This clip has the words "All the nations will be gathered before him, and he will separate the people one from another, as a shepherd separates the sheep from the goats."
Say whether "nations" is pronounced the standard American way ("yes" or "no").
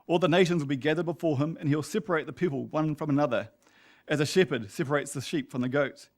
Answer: yes